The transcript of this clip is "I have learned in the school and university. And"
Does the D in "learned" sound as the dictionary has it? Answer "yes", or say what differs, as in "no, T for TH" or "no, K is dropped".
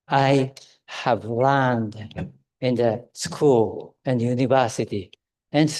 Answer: yes